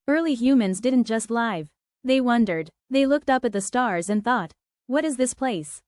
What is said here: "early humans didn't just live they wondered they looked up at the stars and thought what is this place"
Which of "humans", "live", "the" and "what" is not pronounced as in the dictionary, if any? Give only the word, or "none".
none